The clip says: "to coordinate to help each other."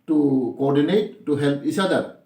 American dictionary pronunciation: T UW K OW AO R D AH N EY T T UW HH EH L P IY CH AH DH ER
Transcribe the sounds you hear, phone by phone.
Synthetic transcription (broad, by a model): T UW K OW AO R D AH N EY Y T UW HH EH L P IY S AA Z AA